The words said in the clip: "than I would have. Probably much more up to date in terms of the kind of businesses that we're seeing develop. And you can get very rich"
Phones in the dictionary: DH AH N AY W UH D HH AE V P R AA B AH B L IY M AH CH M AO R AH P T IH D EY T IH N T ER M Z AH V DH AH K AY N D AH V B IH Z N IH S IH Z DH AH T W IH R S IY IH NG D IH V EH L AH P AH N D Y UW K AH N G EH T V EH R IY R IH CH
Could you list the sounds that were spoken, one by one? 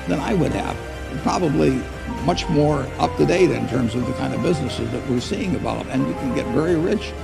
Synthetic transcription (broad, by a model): DH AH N AY W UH D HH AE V P R AA B AH B L IY M AH CH M AO R AH P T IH D EY T IH N T ER M Z AH V DH AH K AY N D AH V B IH Z N IH S IH Z DH AH T W IH R S IY IH NG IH B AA AH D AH N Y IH K AH N G EH T V EH R IY R IH CH